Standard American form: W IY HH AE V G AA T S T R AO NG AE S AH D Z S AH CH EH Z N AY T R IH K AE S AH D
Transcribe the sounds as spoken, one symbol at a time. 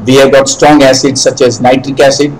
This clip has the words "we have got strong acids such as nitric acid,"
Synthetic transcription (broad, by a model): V IY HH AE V G AA T S T R AO NG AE S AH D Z S AH CH EH Z N AY T R IH K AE S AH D